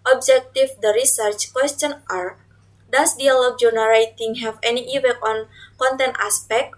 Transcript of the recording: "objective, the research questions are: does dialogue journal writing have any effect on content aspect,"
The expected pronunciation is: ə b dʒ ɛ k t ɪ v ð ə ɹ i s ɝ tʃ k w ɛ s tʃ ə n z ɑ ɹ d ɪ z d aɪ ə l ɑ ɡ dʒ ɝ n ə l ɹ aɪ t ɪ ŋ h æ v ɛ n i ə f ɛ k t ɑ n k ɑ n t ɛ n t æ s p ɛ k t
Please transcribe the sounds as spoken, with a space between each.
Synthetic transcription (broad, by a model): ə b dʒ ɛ k t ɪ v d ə ɹ i s ɝ tʃ k w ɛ s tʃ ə n ɑ ɹ d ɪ s d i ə l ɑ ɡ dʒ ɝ n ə ɹ aɪ t ɪ ŋ h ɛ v ɛ n i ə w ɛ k ɑ n k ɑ n t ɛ n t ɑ s p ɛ k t